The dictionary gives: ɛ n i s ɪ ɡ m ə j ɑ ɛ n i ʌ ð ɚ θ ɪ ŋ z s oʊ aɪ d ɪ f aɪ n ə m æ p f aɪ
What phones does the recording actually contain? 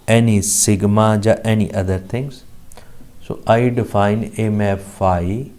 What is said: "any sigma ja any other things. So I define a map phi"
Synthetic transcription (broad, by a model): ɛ n i s ɪ ɡ m ə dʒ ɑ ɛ n i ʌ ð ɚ t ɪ ŋ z s oʊ aɪ d ɪ f aɪ n ə m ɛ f aɪ